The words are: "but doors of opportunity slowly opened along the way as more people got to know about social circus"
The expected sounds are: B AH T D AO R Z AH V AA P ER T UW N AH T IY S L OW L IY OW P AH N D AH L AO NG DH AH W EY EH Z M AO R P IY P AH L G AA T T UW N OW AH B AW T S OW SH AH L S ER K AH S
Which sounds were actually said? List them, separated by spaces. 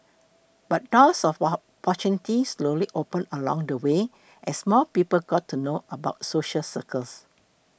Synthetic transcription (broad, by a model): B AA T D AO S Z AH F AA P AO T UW N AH T IY S L OW L IY OW P AH N AH L AO NG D AH W EY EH S M AO L P IY P AH L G AA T T UW N OW AH B AW T S OW SH AH L S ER K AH S